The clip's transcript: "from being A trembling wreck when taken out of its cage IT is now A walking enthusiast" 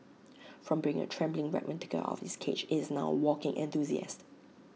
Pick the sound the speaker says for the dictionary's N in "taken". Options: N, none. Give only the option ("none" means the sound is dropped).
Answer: none